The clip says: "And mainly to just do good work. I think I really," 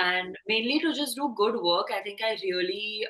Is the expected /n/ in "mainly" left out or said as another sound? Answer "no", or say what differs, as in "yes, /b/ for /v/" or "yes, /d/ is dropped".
no